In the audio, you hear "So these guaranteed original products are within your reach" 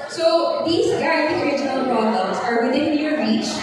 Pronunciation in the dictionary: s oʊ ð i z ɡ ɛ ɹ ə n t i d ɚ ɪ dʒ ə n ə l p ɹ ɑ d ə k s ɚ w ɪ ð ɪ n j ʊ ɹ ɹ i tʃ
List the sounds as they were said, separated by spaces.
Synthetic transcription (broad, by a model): s oʊ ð i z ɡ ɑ ə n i ɚ ɪ dʒ ə n ə l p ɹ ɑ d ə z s ɚ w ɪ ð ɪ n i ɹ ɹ i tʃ